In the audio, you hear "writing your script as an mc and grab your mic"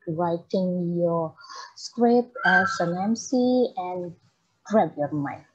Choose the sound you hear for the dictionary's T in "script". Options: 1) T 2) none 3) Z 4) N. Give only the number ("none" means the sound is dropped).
2